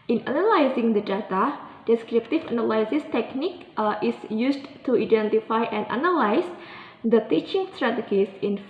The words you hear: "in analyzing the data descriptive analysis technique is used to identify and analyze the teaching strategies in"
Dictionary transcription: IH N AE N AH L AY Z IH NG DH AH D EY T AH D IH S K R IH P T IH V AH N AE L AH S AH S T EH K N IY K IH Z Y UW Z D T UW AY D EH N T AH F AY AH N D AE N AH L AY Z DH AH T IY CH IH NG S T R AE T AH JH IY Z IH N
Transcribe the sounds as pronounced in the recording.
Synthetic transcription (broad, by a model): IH N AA N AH L AY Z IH NG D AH D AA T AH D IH S K R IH P T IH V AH N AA L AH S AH S T EH K N IY K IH S Y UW S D T UW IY D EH N T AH F AY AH N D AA N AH L AY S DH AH T IY CH IH NG S T R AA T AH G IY S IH N